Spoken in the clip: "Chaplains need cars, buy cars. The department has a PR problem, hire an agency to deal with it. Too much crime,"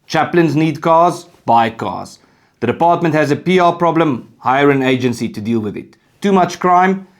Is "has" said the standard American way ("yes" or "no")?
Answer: yes